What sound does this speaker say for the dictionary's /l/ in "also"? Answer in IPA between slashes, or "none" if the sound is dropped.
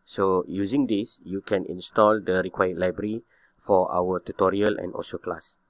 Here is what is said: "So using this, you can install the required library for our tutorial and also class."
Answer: none